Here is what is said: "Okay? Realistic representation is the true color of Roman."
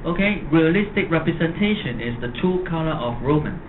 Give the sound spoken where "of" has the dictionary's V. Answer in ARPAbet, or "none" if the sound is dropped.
F